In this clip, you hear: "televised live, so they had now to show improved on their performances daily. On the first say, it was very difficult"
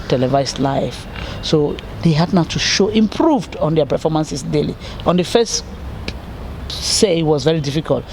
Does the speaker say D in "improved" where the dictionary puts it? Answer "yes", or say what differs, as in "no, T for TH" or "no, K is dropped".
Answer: yes